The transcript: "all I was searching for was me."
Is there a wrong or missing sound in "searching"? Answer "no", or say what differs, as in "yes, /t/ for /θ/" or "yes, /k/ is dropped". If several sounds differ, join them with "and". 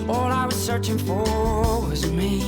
no